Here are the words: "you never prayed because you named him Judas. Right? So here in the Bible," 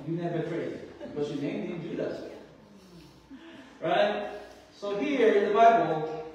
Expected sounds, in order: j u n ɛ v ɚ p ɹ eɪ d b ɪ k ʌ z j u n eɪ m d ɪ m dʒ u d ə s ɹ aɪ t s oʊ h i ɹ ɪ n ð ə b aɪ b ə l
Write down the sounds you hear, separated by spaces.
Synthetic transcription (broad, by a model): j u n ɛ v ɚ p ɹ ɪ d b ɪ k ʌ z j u n eɪ m d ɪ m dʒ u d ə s ɹ aɪ t s oʊ h i ɹ ɪ n ð ə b aɪ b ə l